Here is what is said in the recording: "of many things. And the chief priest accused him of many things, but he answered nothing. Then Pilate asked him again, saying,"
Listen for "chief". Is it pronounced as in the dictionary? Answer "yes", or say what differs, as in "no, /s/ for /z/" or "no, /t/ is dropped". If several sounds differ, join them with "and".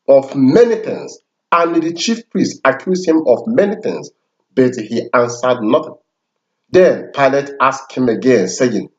yes